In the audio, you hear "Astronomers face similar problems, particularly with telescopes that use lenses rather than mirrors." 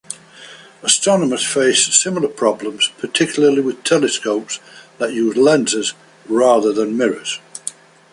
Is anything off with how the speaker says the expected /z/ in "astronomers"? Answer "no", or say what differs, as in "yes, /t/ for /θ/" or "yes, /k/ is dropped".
yes, /s/ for /z/